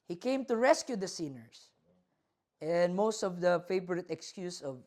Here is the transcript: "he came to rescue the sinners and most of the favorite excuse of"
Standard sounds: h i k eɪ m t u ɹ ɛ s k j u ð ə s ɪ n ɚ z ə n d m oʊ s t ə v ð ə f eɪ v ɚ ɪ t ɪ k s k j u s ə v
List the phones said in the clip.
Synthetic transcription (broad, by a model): h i k eɪ m t u ɹ ɛ s k j u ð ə s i n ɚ s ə n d m oʊ s t ə v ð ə f eɪ v ɚ ɪ t ɪ k s k j u s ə v